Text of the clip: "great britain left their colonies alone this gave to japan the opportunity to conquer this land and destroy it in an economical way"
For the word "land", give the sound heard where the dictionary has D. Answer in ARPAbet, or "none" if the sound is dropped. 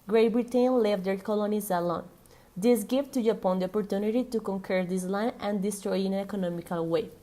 none